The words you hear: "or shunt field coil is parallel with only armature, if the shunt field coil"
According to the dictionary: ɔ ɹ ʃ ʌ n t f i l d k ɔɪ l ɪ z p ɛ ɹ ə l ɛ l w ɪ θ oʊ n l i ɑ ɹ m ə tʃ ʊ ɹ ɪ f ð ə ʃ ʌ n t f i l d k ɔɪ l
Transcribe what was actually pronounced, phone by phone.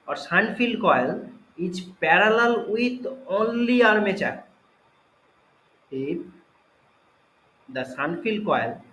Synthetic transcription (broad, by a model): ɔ ɹ s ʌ n f i l d k ɔɪ l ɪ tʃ p ɛ ɹ ə l ɛ l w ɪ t oʊ n l i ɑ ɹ m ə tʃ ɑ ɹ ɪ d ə s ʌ n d f i l d k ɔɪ l